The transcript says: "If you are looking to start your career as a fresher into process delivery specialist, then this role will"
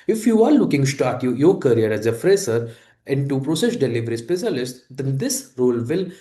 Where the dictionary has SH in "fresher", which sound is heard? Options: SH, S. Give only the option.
S